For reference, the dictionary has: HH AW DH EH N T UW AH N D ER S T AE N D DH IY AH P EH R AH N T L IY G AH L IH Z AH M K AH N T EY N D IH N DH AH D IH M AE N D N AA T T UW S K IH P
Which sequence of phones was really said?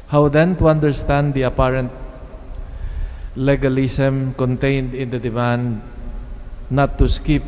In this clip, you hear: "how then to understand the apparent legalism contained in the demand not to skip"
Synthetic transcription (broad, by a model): HH AW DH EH N T UW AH N D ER S T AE N D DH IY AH P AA R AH N T L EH G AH L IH S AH M K AH N T EY N D IH N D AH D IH M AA N D N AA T T UW S K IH P